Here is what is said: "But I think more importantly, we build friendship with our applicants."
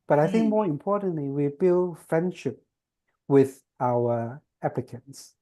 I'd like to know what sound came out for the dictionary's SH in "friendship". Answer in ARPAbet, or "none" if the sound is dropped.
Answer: SH